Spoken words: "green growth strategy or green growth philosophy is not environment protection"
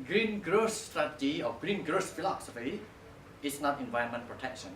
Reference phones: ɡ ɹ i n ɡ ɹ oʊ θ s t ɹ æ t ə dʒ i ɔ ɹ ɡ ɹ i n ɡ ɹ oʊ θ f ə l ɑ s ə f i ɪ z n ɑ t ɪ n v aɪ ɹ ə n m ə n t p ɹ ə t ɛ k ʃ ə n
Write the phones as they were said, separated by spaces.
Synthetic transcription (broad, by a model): ɡ ɹ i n ɡ ɹ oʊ s t ɹ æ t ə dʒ i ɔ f ɡ ɹ i n ɡ ɹ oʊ s f ə l ɑ s ə f i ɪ s n ɑ t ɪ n v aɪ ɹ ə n m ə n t p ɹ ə t ɛ k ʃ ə n